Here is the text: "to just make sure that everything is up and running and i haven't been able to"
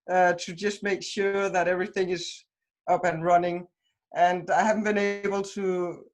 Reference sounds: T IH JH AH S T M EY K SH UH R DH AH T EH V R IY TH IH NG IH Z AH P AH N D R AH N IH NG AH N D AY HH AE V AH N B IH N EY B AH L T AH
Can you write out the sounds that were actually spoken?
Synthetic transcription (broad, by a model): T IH JH AH S T M EY K SH UH R DH AH T EH V R IY TH IH NG IH Z AH P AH N R AH N IH NG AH N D AY HH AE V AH N B IH N EY B AH L T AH